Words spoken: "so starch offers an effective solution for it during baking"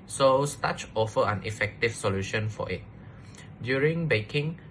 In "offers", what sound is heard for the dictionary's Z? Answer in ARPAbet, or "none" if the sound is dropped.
none